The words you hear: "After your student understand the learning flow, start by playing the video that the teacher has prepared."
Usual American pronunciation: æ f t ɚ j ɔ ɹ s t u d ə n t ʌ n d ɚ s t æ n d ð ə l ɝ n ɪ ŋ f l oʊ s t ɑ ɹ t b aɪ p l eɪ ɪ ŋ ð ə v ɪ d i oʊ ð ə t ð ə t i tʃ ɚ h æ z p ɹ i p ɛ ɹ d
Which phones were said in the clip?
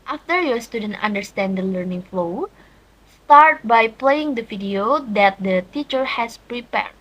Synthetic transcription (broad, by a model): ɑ f t ɚ j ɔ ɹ s t u d ə n t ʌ n d ɚ s t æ n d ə l ɝ n ɪ ŋ f l oʊ s t ɑ ɹ t b aɪ p l eɪ ɪ ŋ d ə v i d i oʊ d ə t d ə t i tʃ ɚ h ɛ s p ɹ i p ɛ ɹ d